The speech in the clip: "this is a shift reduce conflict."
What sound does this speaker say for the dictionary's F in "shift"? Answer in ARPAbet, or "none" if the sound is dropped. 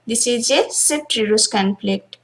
none